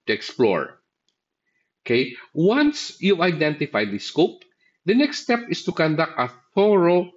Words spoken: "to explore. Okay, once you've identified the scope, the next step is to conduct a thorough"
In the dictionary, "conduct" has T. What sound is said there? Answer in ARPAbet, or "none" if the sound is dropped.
T